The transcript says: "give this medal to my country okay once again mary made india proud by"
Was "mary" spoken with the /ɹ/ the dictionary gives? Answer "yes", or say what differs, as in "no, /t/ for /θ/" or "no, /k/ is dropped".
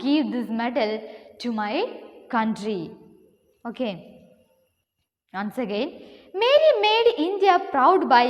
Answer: no, /l/ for /ɹ/